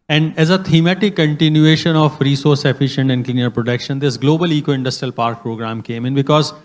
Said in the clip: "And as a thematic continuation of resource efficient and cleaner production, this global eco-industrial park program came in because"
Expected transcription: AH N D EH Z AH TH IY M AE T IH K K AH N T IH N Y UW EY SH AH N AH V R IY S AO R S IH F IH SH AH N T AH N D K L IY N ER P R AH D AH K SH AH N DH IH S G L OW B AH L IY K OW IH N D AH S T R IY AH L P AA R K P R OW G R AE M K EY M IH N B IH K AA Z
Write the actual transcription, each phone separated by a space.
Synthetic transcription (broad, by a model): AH N D EH Z AH T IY M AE T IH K K AH N T IH N Y UW EY SH AH N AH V R IY S AO R S IH F IH SH AH N T AH N D K L IY N ER P R AH D AH K SH AH N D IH S G L OW B AH L IY K OW IH N D AH S T R IY AH L P AA R K P R OW G R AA M K EY M IH N B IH K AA Z